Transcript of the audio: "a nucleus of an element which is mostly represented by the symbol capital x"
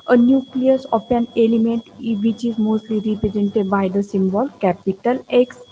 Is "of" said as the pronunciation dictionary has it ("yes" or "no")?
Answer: no